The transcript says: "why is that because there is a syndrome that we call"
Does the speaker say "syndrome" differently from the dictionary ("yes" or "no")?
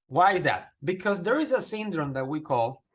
no